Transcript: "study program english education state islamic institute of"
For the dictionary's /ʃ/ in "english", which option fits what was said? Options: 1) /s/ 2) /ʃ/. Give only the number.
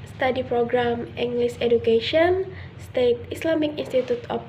1